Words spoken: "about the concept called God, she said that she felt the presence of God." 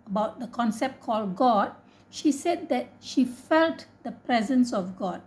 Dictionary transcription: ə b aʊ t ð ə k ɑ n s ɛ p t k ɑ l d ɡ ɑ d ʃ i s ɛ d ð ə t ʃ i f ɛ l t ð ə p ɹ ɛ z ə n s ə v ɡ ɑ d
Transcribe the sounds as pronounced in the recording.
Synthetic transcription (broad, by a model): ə b aʊ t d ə k ɑ n s ɛ p t k ɑ l d ɡ ɑ d ʃ i s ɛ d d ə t ʃ i f ɛ l t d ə p ɹ ɛ z ə n s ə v ɡ ɑ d